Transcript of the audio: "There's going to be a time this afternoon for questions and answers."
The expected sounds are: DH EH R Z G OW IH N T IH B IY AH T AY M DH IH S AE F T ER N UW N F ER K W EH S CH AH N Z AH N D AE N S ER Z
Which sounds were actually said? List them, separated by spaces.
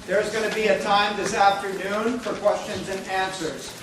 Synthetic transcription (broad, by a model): DH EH R Z G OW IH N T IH B IY AH T AY M DH IH S AE F T ER N UW N F ER K W EH S CH AH N Z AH N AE N S ER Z